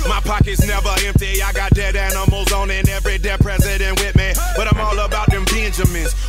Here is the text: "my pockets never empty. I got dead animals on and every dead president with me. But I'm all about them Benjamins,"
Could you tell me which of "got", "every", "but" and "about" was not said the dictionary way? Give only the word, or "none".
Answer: none